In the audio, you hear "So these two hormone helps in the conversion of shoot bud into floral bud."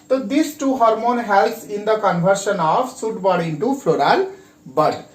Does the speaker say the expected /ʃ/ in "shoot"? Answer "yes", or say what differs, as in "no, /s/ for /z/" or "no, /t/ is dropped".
no, /s/ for /ʃ/